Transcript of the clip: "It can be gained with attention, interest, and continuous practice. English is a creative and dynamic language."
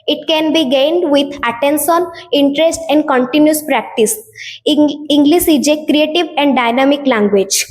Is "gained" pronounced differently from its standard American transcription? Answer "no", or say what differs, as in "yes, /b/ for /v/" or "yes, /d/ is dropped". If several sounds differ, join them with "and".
no